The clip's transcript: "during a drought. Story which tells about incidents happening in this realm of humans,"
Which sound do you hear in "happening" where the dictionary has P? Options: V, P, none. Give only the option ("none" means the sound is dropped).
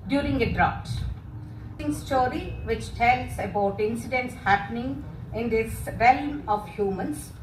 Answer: P